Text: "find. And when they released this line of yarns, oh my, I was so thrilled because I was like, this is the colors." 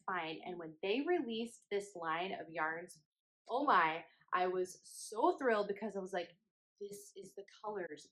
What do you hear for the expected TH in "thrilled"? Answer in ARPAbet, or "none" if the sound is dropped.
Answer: TH